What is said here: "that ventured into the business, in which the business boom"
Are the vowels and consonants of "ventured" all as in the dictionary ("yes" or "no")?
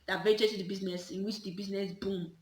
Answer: no